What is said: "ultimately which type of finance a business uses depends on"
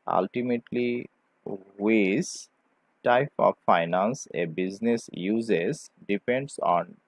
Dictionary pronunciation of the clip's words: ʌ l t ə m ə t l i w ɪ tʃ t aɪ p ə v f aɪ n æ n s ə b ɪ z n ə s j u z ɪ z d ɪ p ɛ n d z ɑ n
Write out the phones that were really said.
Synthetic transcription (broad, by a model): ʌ l t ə m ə t l i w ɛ s t aɪ p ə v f aɪ n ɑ n s ə b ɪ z n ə s j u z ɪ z d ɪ p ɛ n d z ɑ n